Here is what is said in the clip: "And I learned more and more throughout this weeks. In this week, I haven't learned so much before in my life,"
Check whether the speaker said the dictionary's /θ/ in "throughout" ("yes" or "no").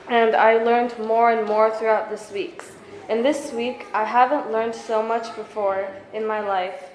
yes